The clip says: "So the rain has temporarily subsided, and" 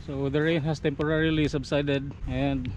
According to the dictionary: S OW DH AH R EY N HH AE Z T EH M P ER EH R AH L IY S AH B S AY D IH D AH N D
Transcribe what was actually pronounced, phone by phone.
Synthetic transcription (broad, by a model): S OW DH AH R EY N HH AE S T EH M P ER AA R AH L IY S AH B S AY D IH D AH N D